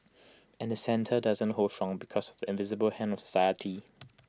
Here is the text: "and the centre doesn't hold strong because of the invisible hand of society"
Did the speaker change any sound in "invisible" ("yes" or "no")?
no